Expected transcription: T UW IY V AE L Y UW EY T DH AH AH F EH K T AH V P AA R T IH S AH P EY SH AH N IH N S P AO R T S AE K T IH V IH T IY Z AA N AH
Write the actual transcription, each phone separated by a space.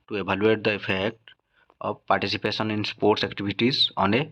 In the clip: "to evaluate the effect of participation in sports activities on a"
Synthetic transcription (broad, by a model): T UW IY B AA L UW EY T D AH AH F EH K T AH B P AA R T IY S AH P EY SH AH N IH N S P AO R T S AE K T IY B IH T IY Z AA N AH